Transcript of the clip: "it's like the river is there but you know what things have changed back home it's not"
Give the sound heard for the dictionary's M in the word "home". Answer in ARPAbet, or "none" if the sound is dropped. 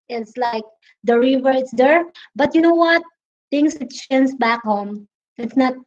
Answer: M